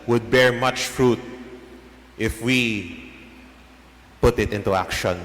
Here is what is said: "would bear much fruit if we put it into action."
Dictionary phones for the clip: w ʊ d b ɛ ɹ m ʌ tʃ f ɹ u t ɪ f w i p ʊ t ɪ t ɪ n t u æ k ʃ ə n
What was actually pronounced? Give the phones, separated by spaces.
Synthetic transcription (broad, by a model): w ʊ d b ɛ ɹ m ʌ tʃ f ɹ u t ɪ f w i p ʊ t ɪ t ɪ n t u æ k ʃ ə n